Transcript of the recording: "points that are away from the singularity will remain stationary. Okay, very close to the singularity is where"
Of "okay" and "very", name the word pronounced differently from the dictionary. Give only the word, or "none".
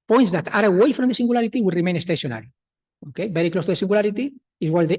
very